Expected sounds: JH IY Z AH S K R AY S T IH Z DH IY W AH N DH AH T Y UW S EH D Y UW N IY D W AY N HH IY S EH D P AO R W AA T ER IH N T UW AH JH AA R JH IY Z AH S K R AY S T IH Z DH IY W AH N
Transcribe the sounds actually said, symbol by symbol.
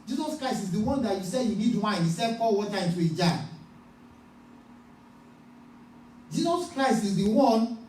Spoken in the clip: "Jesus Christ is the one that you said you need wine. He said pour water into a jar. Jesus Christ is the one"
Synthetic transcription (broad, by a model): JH IY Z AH S K R AY S T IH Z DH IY W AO N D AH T Y UW S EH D Y UW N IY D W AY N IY S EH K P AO L W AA T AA IH N T UW AH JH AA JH IY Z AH S K R AY S T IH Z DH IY W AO N